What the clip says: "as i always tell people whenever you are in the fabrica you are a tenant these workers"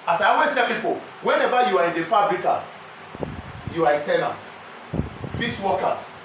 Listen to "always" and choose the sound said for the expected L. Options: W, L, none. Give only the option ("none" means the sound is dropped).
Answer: none